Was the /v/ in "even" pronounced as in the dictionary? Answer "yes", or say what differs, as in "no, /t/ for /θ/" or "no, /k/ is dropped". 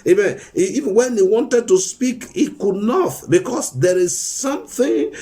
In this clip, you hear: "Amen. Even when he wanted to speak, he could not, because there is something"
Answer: no, /v/ is dropped